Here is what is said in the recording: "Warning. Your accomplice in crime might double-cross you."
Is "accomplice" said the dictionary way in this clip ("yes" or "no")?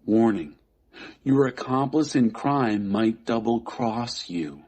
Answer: yes